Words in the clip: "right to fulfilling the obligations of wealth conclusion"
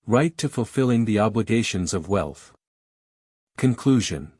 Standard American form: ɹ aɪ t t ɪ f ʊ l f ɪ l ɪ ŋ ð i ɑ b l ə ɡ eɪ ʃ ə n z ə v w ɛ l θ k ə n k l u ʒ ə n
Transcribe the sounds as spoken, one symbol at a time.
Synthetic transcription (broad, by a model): ɹ aɪ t t ɪ f ʊ l f ɪ l ɪ ŋ ð i ɑ b l ə ɡ eɪ ʃ ə n z ə v w ɛ l θ k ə n k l u ʒ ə n